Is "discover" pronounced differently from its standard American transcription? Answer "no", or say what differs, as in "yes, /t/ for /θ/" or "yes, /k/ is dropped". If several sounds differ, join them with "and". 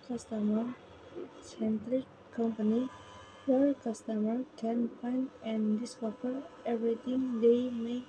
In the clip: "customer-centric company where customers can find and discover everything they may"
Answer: yes, /f/ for /v/